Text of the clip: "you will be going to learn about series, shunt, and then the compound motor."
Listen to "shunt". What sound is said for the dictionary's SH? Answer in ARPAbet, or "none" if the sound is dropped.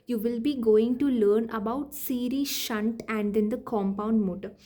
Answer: SH